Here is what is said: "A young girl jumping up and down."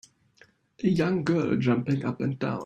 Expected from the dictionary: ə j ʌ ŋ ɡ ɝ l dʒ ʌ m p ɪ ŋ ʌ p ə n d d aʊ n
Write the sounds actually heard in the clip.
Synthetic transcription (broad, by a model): ə j ʌ ŋ ɡ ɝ l dʒ ʌ m p ɪ ŋ ʌ p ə n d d aʊ